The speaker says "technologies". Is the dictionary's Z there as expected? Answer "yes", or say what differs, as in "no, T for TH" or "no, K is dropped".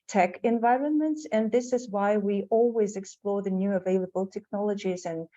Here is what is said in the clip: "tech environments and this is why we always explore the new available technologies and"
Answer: yes